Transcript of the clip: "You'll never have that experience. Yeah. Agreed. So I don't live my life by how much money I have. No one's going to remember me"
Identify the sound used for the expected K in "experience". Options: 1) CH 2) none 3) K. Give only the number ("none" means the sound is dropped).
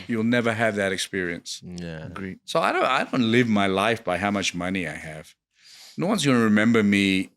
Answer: 3